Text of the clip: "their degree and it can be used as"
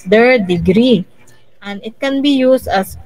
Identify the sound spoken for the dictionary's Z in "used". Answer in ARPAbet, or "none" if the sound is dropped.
S